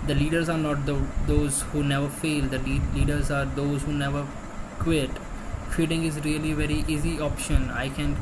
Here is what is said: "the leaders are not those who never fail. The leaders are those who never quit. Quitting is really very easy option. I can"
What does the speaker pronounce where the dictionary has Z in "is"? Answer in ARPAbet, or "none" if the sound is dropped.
Z